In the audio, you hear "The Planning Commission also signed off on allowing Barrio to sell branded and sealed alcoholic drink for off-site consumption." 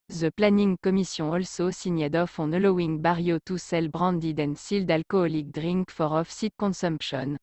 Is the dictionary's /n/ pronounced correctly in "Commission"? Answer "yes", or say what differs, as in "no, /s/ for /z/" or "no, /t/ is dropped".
no, /n/ is dropped